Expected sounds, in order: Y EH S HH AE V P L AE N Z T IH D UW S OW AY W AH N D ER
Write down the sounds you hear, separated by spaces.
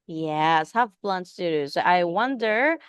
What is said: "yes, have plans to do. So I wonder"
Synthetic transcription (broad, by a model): Y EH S HH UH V B L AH N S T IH D UW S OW AY W AH N D ER